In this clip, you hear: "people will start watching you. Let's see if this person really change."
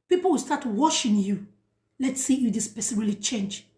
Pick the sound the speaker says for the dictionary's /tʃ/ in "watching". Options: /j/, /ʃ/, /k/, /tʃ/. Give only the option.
/ʃ/